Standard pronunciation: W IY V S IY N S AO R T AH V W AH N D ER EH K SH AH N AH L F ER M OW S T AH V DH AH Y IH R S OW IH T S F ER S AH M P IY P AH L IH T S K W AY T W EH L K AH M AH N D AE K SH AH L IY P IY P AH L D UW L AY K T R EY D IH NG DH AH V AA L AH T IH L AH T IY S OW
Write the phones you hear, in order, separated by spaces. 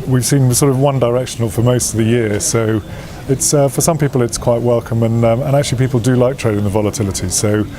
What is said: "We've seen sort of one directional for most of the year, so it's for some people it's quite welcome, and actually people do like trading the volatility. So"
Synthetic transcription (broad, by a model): W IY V S IY N S AO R T AH V W AH N D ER EH K SH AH N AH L F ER M OW S T AH V DH AH Y IH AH S OW IH T S F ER S AH M P IY P AH L IH T S K W AY T W EH L K AH M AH N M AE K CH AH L IY P IY P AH L D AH L AY K T R EY D IH NG DH AH V AA L AH T IH L AH T IY S OW